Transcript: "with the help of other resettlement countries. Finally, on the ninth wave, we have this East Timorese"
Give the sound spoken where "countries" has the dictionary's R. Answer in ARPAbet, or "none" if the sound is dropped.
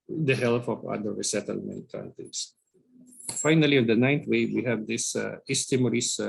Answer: none